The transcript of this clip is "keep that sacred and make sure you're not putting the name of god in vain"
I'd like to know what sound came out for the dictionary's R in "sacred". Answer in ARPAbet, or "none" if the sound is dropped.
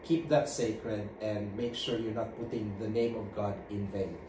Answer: R